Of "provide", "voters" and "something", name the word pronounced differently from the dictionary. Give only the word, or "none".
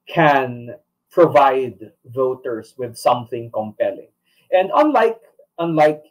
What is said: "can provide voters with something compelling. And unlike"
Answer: voters